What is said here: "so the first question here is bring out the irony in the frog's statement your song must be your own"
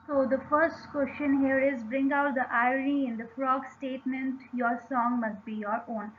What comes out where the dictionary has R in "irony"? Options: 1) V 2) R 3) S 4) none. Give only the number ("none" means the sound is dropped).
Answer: 4